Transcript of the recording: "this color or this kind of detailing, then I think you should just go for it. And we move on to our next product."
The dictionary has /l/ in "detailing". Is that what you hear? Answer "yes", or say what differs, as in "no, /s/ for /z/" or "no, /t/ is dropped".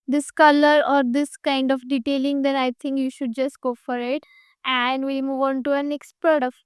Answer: yes